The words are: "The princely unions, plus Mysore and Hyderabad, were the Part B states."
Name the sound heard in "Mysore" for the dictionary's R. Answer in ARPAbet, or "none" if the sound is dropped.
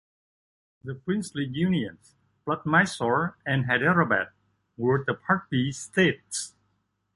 R